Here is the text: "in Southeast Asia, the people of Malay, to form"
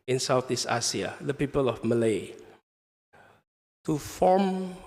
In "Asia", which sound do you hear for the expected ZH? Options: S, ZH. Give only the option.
S